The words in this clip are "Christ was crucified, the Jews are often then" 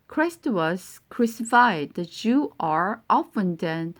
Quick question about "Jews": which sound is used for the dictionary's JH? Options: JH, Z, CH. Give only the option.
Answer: CH